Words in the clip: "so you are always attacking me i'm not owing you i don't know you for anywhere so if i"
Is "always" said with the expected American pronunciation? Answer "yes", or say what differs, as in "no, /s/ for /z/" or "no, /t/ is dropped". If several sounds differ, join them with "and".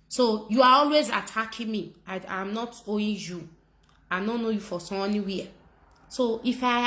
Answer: yes